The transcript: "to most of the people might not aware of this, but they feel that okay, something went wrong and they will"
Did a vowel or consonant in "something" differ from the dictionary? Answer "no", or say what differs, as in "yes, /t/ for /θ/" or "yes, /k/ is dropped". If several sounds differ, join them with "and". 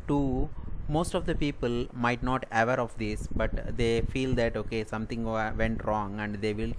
yes, /t/ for /θ/